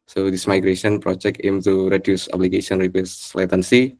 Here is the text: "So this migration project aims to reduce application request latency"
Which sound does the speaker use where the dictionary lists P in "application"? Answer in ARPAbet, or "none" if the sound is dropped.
B